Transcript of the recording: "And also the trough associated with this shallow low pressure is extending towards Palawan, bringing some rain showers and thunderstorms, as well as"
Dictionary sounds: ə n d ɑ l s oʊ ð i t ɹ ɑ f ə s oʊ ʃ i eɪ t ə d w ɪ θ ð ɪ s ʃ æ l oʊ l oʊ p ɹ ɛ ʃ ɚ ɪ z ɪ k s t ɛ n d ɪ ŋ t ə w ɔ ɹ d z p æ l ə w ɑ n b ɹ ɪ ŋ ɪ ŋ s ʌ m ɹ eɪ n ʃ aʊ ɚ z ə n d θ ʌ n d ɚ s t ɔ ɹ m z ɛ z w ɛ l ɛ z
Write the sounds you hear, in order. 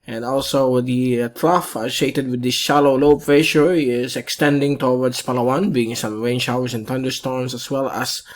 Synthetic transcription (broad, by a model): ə n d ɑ l s oʊ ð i t ɹ ɑ f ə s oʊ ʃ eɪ t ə d w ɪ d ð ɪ s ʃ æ l oʊ l oʊ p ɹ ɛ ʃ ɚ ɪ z ɪ k s t ɛ n d ɪ ŋ t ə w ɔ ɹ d s p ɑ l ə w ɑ n b i ɪ ŋ s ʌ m ɹ eɪ n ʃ aʊ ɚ s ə n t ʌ n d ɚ s t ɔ ɹ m s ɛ s w ɛ l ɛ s